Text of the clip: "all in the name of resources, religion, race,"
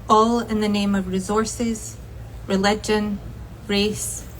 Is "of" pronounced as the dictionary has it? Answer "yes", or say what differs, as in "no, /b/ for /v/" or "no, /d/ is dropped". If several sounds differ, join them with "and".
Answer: yes